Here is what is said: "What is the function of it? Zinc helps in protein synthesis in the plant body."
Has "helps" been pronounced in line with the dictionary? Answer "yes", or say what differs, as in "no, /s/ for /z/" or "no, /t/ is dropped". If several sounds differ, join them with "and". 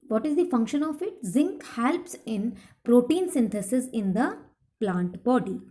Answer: yes